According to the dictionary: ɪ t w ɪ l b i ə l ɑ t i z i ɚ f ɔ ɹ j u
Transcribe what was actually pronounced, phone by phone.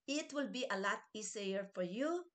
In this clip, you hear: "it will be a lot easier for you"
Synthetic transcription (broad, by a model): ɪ t w ɪ l b i ə l ɑ t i s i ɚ f ɔ ɹ j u